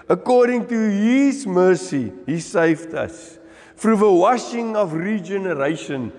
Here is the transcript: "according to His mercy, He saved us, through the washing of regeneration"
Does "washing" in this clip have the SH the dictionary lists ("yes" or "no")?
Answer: yes